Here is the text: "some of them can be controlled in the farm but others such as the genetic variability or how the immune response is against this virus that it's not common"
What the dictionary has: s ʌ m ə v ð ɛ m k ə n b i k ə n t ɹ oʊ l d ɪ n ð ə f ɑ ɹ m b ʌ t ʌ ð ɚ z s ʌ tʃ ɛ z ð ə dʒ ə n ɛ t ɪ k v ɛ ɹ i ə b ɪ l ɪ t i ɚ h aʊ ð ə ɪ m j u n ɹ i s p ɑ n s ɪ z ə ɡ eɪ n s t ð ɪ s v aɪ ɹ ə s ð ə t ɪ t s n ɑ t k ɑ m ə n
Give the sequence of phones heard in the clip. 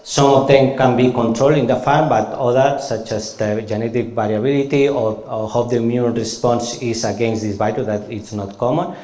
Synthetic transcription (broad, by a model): s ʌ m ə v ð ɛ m k ə n b i k ə n t ɹ oʊ l d ɪ n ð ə f ɑ ɹ m b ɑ t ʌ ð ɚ s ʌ tʃ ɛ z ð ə dʒ ə n ɛ t ɪ k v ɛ ɹ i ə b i l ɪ t i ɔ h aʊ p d ɪ m j u n ɹ i s p ɑ n s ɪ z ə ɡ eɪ n s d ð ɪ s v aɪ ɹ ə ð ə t ɪ t s n ɑ t k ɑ m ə n